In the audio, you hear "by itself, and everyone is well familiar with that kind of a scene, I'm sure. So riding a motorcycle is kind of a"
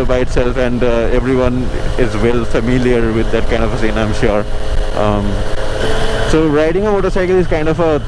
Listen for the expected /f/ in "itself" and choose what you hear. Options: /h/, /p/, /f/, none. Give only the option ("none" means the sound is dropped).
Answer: /f/